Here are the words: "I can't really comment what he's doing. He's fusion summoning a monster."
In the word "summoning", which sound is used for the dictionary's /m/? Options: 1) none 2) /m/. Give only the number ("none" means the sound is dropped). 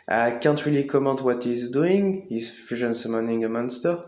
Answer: 2